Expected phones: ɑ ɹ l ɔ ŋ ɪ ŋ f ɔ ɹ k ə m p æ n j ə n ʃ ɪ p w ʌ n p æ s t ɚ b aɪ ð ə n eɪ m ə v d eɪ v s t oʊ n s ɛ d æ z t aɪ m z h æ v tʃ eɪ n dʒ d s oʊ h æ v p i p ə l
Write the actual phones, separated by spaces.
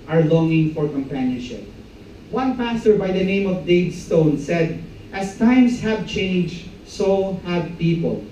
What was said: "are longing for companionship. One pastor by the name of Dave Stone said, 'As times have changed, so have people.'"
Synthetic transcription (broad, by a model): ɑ ɹ l ɔ ŋ ɪ ŋ f ɔ ɹ k ə m p æ n j ə n ʃ ɪ p w ʌ n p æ s t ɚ b aɪ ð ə n eɪ m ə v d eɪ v s t oʊ n s ɛ d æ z t aɪ m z h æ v tʃ eɪ n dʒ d s oʊ h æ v p i p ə l